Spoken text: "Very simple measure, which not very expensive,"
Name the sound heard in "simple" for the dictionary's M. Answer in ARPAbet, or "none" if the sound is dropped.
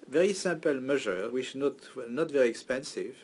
none